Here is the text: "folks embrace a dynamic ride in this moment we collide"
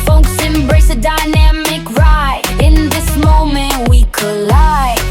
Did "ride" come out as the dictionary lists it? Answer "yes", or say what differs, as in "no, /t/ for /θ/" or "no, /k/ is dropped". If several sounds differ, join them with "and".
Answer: no, /d/ is dropped